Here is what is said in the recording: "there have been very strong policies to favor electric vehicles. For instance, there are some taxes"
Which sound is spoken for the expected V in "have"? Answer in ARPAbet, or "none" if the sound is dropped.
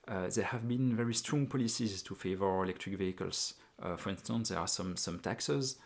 V